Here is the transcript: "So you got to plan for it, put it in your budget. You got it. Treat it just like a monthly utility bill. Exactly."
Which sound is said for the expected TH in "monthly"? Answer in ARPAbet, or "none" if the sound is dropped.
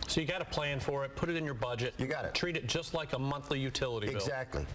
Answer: TH